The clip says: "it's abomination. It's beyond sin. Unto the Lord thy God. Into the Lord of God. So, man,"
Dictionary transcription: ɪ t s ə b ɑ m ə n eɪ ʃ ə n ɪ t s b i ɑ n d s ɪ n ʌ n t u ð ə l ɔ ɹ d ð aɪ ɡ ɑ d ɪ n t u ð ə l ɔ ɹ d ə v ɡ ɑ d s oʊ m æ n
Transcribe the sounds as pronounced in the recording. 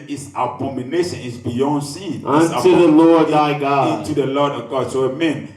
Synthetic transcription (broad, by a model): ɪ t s ə b ɑ m ə n eɪ ʃ ə n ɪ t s b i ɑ n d s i ɑ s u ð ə l ɔ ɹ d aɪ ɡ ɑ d ɪ n t u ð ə l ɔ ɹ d ə v ɡ ɑ d s oʊ m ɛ n